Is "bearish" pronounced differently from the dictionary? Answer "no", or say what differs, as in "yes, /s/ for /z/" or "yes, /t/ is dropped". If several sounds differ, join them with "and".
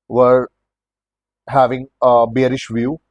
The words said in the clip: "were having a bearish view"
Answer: no